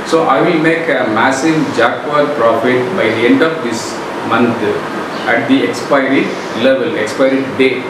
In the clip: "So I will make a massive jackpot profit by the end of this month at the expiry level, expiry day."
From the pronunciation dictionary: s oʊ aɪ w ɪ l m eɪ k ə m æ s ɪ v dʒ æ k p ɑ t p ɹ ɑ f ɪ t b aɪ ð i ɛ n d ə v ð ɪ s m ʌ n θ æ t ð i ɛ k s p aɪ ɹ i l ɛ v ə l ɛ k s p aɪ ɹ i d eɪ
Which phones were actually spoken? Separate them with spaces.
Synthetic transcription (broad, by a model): s oʊ aɪ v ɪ l m eɪ k ə m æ s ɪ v dʒ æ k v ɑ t p ɹ ɑ f ɪ t b aɪ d i ɛ n d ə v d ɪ s m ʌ n t æ t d i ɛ k s p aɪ ɹ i l ɛ v ə l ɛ k s p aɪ ɹ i d eɪ